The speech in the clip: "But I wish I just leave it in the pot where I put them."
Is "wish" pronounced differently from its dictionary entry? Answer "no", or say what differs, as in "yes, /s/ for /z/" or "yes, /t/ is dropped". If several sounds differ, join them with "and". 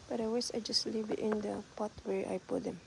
yes, /s/ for /ʃ/